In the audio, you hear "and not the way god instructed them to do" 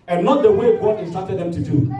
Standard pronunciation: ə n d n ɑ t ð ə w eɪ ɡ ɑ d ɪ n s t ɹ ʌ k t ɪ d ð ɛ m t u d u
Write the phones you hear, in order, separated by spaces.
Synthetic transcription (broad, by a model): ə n n ɑ t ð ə w eɪ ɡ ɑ ɪ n s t ɑ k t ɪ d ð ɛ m t u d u